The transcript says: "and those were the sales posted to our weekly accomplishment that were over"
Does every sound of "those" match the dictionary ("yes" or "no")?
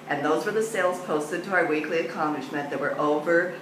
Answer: yes